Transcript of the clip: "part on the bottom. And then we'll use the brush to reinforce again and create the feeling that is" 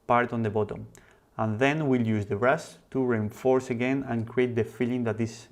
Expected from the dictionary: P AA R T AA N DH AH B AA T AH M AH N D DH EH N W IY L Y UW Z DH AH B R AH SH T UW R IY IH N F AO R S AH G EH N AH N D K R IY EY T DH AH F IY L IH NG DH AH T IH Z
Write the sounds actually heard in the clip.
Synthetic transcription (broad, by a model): P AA R T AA N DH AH B AA T AH M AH N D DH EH N W IY L Y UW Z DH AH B R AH S T UW R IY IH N F AO R S AH G EH N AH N K R IY EY T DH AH F IY L IH NG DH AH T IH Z